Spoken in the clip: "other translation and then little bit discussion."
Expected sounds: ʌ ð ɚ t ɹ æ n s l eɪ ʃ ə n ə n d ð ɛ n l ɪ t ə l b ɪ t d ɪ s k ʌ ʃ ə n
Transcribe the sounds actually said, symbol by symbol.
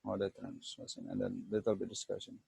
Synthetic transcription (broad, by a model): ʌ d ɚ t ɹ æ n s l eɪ s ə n ə n d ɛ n l ɪ t ə l b ɪ t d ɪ s k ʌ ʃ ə n